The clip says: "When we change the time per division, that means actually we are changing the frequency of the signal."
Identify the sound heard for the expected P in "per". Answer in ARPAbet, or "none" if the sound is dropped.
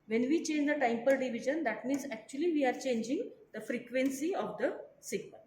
P